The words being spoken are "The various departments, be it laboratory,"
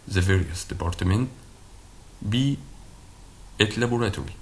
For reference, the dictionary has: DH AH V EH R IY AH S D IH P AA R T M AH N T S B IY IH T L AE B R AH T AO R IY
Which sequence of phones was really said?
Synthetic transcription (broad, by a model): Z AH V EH R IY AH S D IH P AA R T M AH N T B IY IH T L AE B R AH T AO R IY